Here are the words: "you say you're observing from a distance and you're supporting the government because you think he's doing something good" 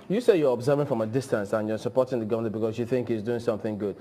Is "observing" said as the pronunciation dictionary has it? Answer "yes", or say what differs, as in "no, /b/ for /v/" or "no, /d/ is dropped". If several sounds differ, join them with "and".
yes